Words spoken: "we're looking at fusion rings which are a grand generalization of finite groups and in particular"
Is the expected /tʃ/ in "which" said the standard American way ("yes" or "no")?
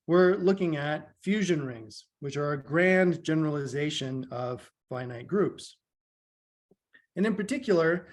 yes